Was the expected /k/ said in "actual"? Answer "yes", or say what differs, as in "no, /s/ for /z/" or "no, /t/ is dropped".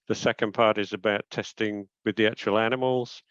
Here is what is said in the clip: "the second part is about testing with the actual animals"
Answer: no, /k/ is dropped